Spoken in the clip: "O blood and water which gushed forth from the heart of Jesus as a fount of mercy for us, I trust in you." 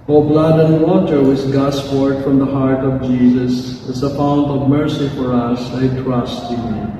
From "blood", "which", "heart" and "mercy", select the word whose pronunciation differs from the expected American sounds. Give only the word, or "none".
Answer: which